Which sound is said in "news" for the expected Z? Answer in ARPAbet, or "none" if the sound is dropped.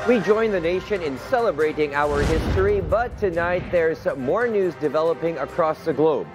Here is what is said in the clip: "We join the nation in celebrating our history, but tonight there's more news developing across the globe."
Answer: Z